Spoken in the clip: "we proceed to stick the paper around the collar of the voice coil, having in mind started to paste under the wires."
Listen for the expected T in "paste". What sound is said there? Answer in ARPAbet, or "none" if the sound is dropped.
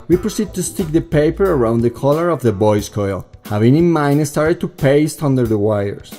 T